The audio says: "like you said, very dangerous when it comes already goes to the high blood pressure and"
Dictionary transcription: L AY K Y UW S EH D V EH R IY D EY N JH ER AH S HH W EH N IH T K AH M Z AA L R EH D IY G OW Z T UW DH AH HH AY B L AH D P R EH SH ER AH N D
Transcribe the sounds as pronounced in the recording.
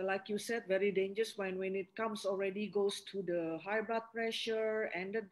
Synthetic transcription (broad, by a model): L AY K Y UW S EH D V EH R IY D EY N JH ER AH S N W EH N IH T K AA M S AA L R EH D IY G OW S T UW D AH HH AY B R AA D P R EH SH ER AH N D